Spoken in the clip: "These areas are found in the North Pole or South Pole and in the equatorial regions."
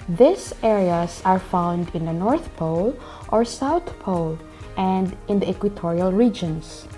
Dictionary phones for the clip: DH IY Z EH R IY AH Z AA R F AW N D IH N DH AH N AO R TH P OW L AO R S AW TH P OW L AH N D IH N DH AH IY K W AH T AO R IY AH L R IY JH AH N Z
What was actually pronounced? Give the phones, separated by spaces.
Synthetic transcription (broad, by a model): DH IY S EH R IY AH S AA R F AW N D IH N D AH N AO R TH P OW L AO R S AW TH P OW L AH N D IH N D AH K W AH T AO R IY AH L R IY JH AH N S